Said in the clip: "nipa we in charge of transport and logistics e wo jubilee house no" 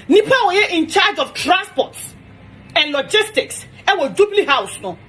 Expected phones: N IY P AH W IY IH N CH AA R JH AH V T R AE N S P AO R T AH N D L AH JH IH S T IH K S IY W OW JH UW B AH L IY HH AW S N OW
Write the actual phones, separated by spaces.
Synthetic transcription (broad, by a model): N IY P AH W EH IH N CH AA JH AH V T R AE N S P AO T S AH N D L AH JH IH S T IH K S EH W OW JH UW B L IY HH AW S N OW